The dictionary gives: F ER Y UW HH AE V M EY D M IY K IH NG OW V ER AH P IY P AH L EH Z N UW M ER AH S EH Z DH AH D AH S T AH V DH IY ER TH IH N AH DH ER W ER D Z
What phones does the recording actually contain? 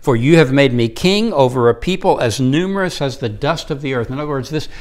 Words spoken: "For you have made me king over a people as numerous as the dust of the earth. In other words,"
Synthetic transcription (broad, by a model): F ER Y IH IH V M EY D M IY K IH NG OW V ER AH P IY P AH L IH Z N UW M ER AH S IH Z DH AH D AH S T AH V DH IY ER TH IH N AH DH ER W ER D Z